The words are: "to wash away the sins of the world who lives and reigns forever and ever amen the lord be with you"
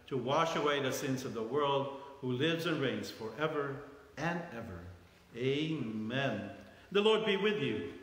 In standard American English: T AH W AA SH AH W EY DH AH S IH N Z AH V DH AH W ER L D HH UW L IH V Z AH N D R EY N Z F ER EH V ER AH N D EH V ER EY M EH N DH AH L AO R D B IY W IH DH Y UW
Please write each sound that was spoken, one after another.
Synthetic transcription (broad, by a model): T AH W AA SH AH W EY DH AH S IH N Z AH V DH AH W ER L D HH UW L IH V Z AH N R EY N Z F ER EH V ER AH N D EH V ER EY M EH N DH AH L AO R D B IY W IH DH Y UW